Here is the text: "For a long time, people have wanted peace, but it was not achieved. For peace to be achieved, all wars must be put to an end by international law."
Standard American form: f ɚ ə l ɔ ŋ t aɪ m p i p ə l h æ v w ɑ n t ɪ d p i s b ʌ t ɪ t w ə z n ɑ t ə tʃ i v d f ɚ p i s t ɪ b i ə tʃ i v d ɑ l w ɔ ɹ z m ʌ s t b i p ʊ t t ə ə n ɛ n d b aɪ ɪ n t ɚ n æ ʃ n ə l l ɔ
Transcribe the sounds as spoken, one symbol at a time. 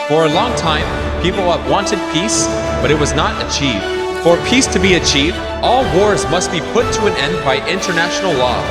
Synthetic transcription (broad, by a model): f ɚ ə l ɔ ŋ t aɪ m p i p l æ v w ɑ n t ɪ d p i s b ʌ t ɪ t w ə z n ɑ t ə tʃ i v d f ɚ p i s t ɪ b i ə tʃ i v d ɑ l w ɔ ɹ z m ʌ s t b i p ʊ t t ə ə n ɛ n d b aɪ ɪ n t ɚ n æ ʃ n l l ɔ